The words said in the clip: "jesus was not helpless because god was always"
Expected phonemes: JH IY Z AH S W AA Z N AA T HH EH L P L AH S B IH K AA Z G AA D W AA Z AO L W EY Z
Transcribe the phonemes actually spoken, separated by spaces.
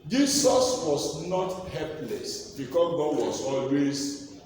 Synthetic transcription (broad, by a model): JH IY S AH S W AA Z N AA T HH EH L P L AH S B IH K AA G AA D W AA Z AO L W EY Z